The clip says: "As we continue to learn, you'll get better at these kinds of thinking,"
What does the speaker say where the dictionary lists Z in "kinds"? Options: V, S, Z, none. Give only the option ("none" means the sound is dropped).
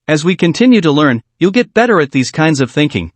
Z